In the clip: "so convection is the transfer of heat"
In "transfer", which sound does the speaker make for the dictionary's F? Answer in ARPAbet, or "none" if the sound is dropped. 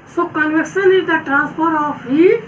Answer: P